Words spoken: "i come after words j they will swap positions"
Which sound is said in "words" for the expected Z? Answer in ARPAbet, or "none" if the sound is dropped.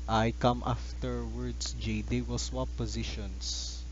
S